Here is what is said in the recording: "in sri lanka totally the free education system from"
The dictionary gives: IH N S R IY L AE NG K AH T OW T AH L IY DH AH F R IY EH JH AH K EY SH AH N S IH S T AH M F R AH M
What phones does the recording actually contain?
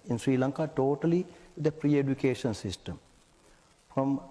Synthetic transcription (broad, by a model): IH N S R IY L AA NG K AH T OW T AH L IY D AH P R IY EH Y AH K EY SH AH N S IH S T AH M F R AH M